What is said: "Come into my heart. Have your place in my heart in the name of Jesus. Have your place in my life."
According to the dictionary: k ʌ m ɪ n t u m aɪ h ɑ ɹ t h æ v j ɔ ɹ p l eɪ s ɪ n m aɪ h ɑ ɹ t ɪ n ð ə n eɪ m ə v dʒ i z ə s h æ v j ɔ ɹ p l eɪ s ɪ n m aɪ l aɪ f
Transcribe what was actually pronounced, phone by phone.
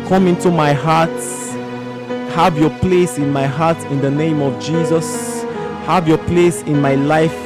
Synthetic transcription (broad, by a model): k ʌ m ɪ n t u m aɪ h ɑ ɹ t h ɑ v j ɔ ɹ p l eɪ s ɪ n m aɪ h ɑ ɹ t ɪ n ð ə n eɪ m ə v dʒ i z ə s h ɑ v j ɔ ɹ p l eɪ s ɪ n m aɪ l aɪ f